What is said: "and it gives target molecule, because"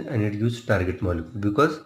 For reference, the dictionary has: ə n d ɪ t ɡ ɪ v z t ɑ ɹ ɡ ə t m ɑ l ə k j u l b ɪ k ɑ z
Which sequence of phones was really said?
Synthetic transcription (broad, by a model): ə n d ɪ t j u z t ɑ ɹ ɡ ə t m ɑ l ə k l b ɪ k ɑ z